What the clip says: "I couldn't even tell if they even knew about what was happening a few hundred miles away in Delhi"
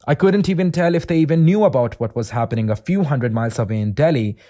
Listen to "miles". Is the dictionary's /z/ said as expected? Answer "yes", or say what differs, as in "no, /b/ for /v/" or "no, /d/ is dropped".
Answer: no, /s/ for /z/